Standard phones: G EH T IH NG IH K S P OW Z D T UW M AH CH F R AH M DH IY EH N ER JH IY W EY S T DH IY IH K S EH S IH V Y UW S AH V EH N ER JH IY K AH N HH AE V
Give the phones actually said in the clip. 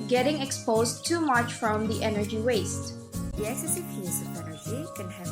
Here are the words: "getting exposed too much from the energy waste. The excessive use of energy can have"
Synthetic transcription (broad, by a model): G EH T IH NG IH K S P OW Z T UW M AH CH F R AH M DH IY EH N ER JH IY W EY S T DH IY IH S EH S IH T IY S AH P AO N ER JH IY K AH N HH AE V